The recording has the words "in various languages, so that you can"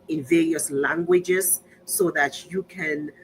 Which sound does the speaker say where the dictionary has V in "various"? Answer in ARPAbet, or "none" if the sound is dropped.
V